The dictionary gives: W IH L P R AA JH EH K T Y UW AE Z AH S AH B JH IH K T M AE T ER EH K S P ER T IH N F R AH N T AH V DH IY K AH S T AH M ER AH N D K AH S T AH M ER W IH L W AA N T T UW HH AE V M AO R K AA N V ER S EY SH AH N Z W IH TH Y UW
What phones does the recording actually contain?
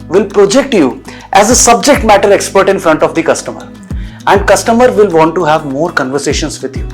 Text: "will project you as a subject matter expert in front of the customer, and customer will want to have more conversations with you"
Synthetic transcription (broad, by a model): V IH L P R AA JH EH K T Y UW AE Z AH S AH B JH IH K T M AE T ER EH K S P ER T IH N F R AH N T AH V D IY K AH S T AH M ER AH N D K AH S T AH M ER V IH L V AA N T T UW HH AE V M AO R K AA N V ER S EY SH AH N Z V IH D Y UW